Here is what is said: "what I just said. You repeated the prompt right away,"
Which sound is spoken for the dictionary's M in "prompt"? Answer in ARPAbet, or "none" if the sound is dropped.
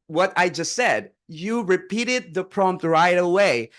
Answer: M